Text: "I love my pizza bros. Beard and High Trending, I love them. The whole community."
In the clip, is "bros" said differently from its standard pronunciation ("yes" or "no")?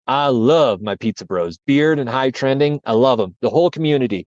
no